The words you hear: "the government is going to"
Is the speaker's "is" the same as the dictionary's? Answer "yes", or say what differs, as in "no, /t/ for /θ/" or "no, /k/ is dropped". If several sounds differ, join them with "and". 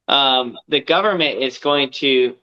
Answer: yes